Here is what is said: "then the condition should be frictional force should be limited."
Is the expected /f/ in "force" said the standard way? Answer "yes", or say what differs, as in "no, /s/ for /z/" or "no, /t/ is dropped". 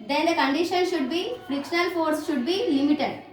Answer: yes